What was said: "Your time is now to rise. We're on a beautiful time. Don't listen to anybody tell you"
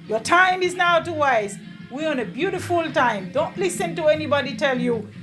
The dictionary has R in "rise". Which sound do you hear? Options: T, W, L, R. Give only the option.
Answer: W